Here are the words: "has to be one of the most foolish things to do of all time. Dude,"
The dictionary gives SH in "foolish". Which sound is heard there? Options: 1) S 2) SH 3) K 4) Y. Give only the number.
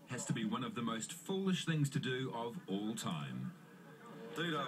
2